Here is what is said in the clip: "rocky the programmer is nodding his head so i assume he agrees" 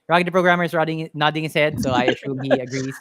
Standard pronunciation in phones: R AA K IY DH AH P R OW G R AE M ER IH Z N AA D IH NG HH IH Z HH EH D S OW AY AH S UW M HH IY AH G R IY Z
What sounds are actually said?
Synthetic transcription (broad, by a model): R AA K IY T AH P R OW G R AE M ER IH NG N AA D IH NG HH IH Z HH EH D S OW AY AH SH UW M HH IY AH G R IY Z